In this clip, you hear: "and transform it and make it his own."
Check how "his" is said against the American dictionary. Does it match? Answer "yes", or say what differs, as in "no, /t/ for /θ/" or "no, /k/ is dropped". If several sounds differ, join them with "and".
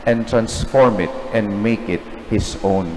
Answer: no, /s/ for /z/